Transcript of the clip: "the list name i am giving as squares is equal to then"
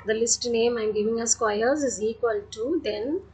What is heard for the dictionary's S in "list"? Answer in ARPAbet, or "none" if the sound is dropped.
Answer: S